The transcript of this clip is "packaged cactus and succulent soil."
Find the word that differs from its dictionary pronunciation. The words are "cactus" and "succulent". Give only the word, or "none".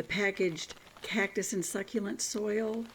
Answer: none